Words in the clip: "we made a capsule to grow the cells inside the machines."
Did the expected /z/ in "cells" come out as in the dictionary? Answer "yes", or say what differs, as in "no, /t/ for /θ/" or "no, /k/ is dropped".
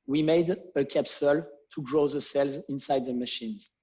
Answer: yes